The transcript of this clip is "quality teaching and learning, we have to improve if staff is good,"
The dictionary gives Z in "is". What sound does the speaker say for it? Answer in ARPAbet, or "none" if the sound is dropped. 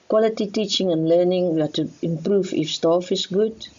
S